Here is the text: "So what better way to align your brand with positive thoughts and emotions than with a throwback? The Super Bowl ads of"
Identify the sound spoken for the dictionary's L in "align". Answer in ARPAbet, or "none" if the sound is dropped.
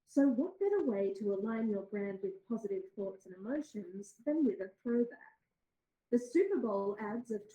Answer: L